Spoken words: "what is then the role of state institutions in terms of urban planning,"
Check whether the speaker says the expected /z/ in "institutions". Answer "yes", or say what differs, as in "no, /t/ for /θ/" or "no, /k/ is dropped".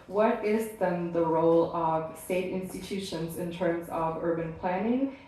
yes